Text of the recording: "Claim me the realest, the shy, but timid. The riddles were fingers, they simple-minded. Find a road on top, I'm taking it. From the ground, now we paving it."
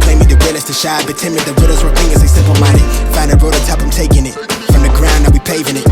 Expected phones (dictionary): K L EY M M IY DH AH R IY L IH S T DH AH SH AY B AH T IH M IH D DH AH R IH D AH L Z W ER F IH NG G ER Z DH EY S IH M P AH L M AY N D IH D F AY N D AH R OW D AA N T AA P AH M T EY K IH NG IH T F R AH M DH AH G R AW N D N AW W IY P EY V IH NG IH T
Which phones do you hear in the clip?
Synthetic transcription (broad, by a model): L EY M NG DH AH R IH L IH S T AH SH AY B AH T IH M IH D DH AH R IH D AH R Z W ER P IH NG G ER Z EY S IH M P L M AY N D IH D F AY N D AH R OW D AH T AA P AH M T EY K IH NG IH T F R AH M DH AH G R AW N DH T W IY P EY V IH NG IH T